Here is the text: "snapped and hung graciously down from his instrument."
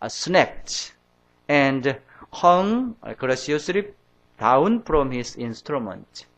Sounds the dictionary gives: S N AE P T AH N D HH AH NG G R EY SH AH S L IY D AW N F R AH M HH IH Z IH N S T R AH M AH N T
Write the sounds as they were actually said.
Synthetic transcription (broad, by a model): S N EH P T AH N D HH AH NG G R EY S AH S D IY D AW N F R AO M HH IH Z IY N S T R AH M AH N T